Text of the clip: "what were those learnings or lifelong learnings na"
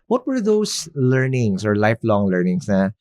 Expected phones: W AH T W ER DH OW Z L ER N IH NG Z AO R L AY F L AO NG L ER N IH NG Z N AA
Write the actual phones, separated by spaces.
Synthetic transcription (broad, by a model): W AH T W ER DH OW S L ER N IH NG S AO R L AY F L AO NG L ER N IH NG S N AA